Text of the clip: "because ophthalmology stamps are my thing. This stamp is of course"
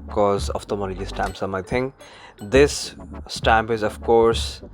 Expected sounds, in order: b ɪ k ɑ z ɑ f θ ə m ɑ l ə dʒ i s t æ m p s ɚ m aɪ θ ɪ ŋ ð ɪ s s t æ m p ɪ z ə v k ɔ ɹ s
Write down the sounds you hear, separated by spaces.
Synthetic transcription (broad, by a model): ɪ k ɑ z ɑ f t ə m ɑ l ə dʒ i s t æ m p s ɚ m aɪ t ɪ ŋ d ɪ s s t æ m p ɪ z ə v k ɔ ɹ s